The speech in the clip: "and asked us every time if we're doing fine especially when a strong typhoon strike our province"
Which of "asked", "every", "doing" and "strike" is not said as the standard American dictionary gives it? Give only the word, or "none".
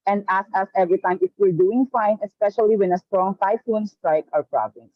asked